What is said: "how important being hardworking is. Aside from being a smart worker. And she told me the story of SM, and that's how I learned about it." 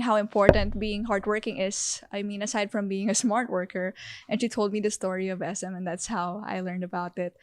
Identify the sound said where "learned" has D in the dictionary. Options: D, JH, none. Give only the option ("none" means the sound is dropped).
D